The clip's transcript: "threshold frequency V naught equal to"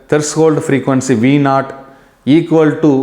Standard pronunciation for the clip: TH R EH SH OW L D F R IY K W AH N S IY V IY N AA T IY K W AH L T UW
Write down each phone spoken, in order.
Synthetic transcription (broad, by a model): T R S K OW L D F R IY K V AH N S IY V IY N AA T IY K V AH L T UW